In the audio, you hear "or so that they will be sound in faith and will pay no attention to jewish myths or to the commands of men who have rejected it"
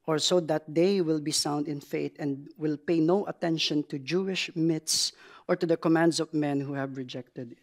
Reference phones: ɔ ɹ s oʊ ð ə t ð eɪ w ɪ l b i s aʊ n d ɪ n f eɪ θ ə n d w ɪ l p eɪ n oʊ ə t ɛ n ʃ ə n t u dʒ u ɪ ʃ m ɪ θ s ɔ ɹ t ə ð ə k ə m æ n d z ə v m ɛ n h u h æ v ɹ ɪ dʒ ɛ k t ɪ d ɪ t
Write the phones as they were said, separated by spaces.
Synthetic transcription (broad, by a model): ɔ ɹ s oʊ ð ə t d eɪ w ɪ l b i s aʊ n d ɪ n f eɪ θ ə n d w ɪ l p eɪ n oʊ ə t ɛ n ʃ ə n t u dʒ u ɪ ʃ m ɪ t s ɔ ɹ t ə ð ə k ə m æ n d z ə v m ɛ n h u h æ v ɹ ɪ dʒ ɛ k t ɪ d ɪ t